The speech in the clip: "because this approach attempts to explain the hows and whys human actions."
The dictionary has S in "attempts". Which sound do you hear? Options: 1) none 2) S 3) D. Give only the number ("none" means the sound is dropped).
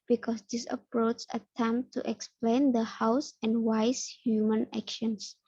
1